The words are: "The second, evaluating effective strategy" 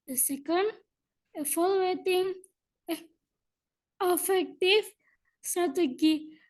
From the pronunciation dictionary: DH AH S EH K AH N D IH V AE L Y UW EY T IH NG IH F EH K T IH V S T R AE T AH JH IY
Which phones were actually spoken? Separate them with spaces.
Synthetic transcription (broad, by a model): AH S EH K AH N D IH F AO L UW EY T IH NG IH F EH K T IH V S T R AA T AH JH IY